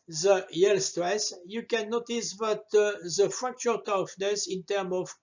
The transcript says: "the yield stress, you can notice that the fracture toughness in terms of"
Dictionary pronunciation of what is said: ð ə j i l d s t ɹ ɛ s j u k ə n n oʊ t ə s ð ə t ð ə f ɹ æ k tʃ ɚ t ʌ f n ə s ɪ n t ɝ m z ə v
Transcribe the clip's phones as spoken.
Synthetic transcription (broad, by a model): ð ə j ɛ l s t ɹ ɛ s j u k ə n n oʊ t ə s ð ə t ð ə f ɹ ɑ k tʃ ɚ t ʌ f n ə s ɪ n t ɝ m ə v